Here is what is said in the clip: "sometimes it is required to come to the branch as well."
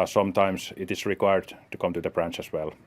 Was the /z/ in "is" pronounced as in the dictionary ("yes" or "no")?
no